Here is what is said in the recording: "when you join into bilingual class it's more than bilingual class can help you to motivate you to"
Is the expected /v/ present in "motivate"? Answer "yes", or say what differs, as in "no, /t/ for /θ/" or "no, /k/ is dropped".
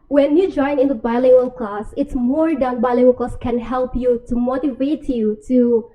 yes